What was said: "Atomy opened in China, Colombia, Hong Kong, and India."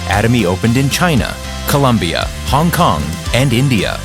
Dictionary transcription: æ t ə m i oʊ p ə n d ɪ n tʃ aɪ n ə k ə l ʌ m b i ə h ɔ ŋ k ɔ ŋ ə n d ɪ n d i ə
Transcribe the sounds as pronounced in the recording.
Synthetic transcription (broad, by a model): æ t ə m i oʊ p ə n d ɪ n tʃ aɪ n ə k ə l ʌ m b i ə h ɔ ŋ k ɔ ŋ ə n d ɪ n d i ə